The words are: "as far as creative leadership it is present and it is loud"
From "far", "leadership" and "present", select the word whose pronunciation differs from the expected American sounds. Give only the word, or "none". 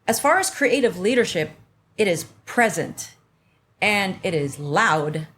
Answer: none